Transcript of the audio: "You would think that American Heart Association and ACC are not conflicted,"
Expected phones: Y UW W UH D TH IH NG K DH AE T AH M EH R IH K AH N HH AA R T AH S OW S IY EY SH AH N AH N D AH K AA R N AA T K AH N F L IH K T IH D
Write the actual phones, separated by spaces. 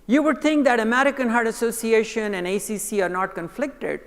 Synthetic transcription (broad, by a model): Y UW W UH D T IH NG K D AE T AH M EH R IH K AH N HH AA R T AH S OW S IY EY SH AH N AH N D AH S AA R N AA T K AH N F L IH K T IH D